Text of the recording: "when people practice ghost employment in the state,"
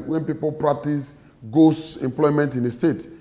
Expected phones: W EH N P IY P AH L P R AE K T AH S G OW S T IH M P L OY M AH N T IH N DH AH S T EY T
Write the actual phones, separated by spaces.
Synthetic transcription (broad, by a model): W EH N P IY P AH L P R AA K T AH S G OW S IH M P L OY M AH N T IH N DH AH S T EY T